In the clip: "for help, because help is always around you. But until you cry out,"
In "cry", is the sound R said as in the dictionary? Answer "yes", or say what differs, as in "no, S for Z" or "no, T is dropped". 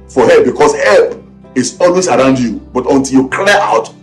no, L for R